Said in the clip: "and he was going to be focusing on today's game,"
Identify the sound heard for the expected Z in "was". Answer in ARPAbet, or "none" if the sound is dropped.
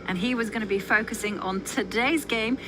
Z